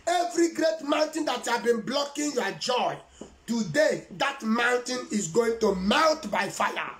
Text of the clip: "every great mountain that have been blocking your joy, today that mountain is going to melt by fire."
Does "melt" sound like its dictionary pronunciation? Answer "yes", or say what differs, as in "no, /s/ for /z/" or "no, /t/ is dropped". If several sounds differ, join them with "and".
no, /n/ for /l/